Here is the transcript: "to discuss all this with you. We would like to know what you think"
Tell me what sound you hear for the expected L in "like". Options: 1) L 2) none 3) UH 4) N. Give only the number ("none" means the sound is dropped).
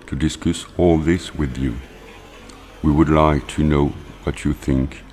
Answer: 1